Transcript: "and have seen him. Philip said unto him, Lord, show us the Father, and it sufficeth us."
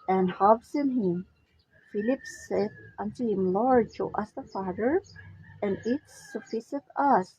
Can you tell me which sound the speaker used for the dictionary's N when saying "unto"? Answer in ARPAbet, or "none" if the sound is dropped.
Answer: N